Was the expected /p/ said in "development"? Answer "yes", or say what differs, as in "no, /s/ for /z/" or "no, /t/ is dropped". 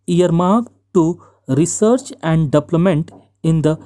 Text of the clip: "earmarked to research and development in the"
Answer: no, /p/ is dropped